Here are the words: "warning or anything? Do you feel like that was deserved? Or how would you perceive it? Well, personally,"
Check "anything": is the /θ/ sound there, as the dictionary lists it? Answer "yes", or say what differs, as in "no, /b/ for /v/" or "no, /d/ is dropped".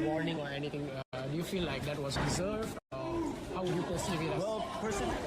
no, /t/ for /θ/